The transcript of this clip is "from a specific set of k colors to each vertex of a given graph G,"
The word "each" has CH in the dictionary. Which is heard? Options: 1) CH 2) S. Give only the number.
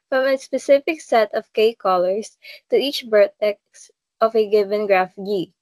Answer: 1